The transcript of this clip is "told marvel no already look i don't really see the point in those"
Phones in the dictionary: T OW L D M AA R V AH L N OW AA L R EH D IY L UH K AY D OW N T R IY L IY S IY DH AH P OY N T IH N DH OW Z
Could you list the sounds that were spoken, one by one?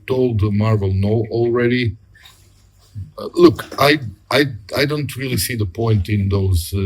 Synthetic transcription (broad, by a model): T OW L D M AA R V AH L N OW AA L R EH D IY L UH K AY D OW N T R IY L IY S IY DH AH P OY N T IH N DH OW Z